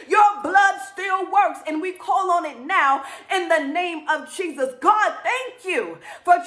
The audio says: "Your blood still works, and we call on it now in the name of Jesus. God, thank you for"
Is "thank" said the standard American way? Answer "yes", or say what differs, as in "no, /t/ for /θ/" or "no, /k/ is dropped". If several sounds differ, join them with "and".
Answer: yes